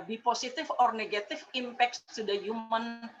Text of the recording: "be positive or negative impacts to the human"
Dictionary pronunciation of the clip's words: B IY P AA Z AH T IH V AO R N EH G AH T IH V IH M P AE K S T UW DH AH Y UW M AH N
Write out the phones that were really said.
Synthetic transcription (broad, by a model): B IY P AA S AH T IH F AO R N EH G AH T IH F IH M P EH K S T UW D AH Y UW M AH N